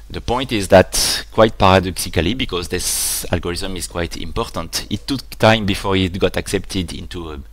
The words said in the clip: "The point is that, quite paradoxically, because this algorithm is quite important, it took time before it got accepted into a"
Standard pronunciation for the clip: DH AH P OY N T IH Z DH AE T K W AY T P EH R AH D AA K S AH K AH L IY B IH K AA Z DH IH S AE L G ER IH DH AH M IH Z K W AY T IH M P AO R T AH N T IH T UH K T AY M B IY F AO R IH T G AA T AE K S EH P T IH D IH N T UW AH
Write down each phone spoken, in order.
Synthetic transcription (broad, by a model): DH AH P OY N T IH Z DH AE T K W AY T P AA R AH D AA K S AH K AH L IY B IH K AA Z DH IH S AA L G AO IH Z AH M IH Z K W AY T IH M P AO R T AH N T IH T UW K T AY M B IY F AO R IH T G AA T AE K S EH P T IH D IH N T UW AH